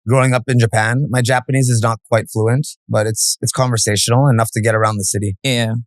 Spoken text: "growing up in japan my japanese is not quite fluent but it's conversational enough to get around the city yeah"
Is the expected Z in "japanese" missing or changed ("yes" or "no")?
no